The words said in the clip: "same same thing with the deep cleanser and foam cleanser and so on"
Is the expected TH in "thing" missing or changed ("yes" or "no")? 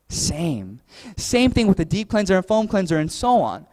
no